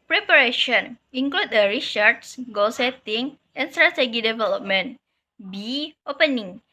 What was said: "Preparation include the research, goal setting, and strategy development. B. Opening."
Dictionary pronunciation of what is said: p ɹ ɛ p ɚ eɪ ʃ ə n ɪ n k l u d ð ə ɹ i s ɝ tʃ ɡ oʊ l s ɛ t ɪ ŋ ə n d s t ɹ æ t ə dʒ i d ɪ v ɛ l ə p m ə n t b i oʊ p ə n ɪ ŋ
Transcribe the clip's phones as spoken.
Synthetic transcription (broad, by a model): p ɹ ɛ p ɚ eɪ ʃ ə n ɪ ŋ k l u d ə ɹ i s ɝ s ɡ oʊ l s ɛ t ɪ ŋ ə n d s t ɹ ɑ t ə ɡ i d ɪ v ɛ l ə p m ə n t b i oʊ p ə n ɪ ŋ